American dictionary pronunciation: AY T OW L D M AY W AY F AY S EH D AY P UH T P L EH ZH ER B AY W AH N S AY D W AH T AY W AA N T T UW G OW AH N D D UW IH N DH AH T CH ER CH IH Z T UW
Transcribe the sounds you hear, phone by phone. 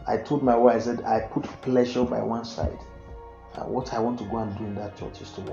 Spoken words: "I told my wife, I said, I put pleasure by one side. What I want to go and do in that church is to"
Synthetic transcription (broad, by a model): AY T OW L D M AY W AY AY S EH D AY P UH T P L EH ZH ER B AY W AH N S AY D W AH T AY W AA N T T UW G OW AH N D D UW IH N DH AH T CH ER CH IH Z T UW